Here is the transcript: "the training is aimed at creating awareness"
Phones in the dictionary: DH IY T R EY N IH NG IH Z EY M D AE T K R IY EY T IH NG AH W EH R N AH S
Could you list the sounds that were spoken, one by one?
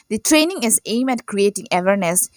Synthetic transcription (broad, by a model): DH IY T R EY N IH NG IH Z EY M AE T K R IY EY T IH NG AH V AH R N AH S